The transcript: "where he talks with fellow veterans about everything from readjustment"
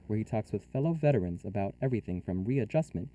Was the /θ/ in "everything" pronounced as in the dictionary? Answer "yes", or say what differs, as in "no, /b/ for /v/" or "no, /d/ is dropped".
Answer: yes